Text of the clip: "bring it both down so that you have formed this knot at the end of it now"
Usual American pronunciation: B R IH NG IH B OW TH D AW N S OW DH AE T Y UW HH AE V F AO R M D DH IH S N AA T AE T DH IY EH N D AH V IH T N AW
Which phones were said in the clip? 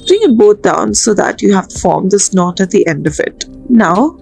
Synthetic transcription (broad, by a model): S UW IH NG IH B OW T D AW N S OW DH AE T Y UW HH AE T F AO R M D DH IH S N AA T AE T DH IY EH N D AH V IH T N AW